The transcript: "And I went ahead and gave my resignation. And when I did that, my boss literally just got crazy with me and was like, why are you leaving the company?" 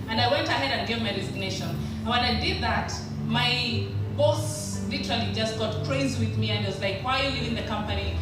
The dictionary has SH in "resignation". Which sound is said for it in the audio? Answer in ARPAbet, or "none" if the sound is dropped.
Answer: none